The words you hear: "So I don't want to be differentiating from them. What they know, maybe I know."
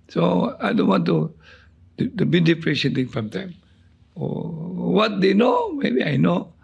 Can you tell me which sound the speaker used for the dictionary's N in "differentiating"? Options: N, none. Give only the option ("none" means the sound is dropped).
none